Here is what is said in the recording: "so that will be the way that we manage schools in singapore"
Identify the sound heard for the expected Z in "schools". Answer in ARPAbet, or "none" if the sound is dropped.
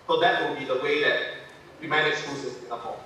none